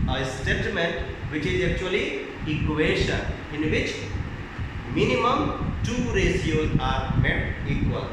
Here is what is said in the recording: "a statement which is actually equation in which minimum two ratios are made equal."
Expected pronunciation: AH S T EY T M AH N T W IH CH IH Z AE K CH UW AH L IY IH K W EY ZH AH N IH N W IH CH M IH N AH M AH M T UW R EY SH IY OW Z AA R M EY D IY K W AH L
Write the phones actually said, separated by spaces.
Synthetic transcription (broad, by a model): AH S T EY T M AH N T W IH CH IH Z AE K CH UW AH L IY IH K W EY SH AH IH N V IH CH M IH N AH M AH M T UW R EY S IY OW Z AA R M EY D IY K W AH L